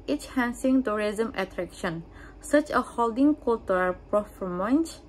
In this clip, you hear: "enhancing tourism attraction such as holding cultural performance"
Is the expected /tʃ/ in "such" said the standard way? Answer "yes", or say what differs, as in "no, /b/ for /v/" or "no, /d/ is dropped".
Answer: yes